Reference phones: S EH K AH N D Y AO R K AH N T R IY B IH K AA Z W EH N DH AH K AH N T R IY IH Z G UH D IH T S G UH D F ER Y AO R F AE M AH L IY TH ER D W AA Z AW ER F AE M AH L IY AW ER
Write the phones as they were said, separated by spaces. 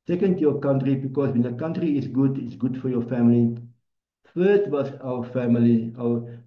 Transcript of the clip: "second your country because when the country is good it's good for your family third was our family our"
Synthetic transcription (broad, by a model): S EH K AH N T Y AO K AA N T R IY B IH K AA S W EH N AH K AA N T R IY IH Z G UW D IH T S G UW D F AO Y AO F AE M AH L IY F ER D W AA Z AW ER F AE M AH L IY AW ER